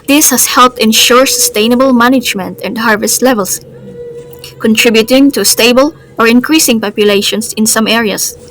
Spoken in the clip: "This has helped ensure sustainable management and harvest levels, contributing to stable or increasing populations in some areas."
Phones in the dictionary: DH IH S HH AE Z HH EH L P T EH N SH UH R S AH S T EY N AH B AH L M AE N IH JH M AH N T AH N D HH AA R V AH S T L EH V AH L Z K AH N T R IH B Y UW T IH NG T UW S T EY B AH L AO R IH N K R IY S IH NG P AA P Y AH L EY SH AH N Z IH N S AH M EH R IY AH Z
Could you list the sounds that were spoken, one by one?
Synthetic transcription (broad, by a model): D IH S HH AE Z HH EH L P T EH N SH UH R S AH S T EY N AH B AH L M AE N IH JH M AH N T AH N D HH AA R V AH S T L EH V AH L S K AH N T R IH B Y UW T IH NG T UW S T EY B AH L AO R IH N K R IY S IH NG P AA P Y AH L EY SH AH N S IH N S AH M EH R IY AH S